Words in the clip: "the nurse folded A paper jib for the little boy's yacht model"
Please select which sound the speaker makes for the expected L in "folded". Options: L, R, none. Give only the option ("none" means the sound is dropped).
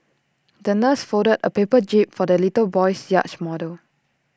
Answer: none